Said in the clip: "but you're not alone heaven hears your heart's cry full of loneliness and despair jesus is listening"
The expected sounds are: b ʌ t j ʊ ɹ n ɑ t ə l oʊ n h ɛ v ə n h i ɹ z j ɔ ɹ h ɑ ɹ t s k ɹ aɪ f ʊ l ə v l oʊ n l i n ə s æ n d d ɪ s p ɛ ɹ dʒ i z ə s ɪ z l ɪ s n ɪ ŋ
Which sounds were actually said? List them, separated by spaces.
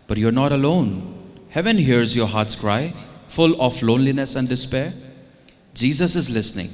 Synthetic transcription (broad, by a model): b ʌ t j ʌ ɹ n ɑ t ə l oʊ n h ɛ v ə n h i ɹ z j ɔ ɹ h ɑ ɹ t s k ɹ aɪ f ʊ l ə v l oʊ n l i n ə s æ n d d ɪ s p ɛ ɹ dʒ i z ə s ɪ z l ɪ s n ɪ ŋ